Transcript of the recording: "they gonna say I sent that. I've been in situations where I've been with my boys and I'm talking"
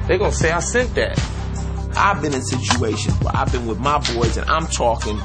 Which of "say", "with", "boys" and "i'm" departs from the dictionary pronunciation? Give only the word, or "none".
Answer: none